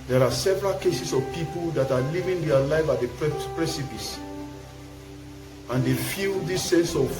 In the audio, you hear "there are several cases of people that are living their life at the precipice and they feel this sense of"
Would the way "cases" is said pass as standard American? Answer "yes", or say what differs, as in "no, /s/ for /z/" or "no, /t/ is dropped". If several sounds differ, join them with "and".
no, /s/ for /z/